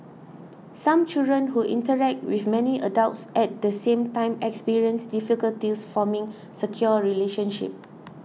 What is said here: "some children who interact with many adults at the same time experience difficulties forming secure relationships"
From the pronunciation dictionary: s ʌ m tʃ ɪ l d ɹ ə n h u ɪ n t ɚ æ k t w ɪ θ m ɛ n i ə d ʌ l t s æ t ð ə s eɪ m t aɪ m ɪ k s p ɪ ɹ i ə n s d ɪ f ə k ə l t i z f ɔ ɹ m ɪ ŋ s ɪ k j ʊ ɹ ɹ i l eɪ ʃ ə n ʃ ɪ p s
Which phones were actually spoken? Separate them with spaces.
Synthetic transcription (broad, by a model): s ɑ m tʃ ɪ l d ɹ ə n h u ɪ n t ɚ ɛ k t w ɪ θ m ɛ n i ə d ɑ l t s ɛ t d ə s eɪ m t aɪ m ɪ k s p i ɹ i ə n s d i f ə k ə l t i s f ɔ m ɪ ŋ s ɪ k j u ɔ ɹ i l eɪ ʃ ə n ʃ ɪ p